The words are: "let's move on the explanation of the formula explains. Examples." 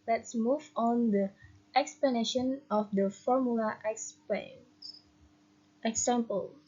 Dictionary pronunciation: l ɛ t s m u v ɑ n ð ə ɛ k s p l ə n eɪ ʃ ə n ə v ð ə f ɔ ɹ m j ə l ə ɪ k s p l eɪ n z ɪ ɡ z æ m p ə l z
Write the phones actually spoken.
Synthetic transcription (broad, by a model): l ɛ t s m u v ɑ n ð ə ɛ k s p l ə n eɪ ʃ ə n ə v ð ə f ɔ ɹ m j ə l ə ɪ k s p eɪ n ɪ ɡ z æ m p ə l